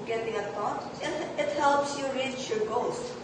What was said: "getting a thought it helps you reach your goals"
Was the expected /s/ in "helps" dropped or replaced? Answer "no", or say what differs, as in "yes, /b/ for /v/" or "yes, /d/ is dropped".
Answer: no